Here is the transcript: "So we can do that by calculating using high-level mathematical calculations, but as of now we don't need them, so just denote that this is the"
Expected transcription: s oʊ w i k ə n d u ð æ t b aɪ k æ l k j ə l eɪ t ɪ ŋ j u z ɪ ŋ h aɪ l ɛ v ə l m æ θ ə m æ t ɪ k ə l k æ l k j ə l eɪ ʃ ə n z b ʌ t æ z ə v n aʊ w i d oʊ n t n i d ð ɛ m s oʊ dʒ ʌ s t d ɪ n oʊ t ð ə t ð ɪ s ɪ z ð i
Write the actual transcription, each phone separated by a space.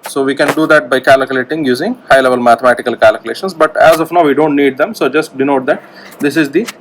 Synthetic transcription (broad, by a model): s oʊ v i k ə n d u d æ t b aɪ k æ l k j ə l eɪ t ɪ ŋ j u z ɪ ŋ h aɪ l ɛ v ə l m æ t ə m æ t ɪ k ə l k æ l k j l eɪ ʃ ə n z b ʌ t æ z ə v n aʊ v i d oʊ n t n i d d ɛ m s oʊ dʒ ʌ s t d ɪ n oʊ t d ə t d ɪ s ɪ z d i